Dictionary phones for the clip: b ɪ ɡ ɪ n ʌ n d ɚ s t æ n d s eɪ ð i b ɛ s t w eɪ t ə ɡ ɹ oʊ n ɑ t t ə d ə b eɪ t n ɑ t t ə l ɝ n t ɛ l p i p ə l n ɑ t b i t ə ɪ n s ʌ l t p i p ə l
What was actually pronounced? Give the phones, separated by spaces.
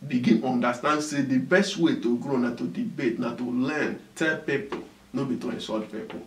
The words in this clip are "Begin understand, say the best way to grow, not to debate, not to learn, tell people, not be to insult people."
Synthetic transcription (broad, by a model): b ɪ ɡ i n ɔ n d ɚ s t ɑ n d s eɪ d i b ɛ s t w eɪ t ə ɡ ɹ oʊ n ɑ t t ə d ə b eɪ t n ɑ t t ə l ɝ n t ɛ l p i p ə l n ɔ b i t ə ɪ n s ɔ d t p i p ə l